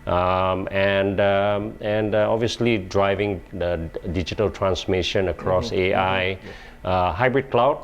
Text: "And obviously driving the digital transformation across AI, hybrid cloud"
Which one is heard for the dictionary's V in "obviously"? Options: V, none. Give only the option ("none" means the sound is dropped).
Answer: V